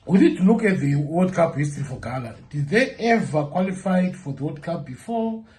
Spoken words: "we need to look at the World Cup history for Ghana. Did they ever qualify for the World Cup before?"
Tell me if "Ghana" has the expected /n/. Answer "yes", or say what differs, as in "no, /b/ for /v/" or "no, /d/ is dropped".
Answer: no, /l/ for /n/